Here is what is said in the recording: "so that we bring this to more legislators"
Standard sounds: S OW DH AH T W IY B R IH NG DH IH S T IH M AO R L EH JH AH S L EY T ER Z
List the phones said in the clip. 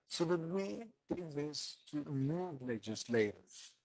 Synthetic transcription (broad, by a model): S OW DH AH T W IY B IH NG DH IH S T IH M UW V L EH JH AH S L EY T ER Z